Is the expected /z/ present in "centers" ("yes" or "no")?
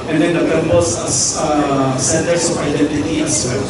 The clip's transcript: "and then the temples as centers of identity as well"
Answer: no